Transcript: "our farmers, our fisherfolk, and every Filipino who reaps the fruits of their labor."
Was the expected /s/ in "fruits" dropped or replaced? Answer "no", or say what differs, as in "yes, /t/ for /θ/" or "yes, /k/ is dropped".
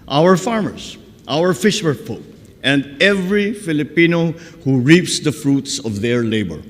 no